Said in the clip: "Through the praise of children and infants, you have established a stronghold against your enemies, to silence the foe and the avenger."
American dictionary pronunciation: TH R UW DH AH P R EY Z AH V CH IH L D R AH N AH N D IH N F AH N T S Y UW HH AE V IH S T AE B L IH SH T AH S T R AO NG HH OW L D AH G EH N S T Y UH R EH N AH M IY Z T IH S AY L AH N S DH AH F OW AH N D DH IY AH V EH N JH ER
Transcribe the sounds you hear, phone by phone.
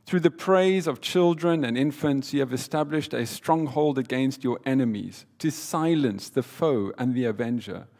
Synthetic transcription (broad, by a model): TH R UW DH AH P R EY Z AH V CH IH L D R AH N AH N IH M F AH N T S Y UW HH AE V IH S T AE B L IH SH T AH S T R AO NG HH OW L D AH G EH N S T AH R EH N AH M IY Z T IH S AY L AH N S DH AH F OW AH N DH IY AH V EH N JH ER